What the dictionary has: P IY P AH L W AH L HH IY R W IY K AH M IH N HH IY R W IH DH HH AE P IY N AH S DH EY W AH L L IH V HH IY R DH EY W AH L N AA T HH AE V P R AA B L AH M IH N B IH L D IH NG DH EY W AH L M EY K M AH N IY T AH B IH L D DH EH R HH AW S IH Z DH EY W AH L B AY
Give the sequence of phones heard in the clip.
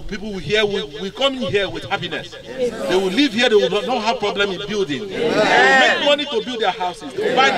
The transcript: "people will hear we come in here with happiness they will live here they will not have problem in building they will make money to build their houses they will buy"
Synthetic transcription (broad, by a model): P IY P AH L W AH HH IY W W IY K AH M IH N HH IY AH W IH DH HH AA P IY N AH S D EY W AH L L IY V HH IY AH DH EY W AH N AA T HH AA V P R AA B L AH M IH N B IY L D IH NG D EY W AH M EY K M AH N IY T AH B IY L D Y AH HH AW S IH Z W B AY